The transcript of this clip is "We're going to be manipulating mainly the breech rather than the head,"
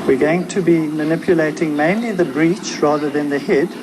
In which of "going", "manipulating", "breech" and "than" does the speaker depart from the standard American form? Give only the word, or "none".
none